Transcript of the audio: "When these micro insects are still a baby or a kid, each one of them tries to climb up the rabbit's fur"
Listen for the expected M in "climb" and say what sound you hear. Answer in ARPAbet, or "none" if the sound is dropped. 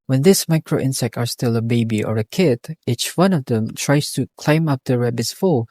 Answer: M